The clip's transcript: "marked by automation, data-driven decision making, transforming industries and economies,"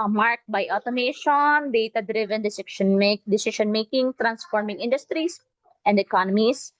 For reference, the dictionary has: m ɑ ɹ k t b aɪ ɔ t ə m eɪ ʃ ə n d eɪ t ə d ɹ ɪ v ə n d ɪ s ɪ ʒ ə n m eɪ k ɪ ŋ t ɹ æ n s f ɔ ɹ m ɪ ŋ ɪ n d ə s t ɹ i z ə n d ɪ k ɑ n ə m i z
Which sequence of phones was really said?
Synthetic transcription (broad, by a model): m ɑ ɹ k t b aɪ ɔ t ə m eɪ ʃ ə n d eɪ t ə d ɹ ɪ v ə n d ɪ s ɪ ʃ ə n m eɪ k ɪ ŋ t ɹ æ n s f ɔ ɹ m ɪ ŋ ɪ n d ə s t ɹ i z ə n d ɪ k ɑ n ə m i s